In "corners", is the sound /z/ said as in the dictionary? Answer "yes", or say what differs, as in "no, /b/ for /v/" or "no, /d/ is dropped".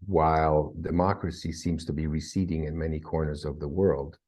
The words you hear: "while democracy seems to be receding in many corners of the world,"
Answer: yes